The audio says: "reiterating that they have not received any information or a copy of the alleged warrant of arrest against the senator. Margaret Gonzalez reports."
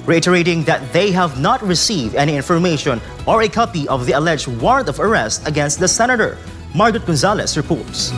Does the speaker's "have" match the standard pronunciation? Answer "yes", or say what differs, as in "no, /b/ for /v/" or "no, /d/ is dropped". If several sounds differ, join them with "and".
yes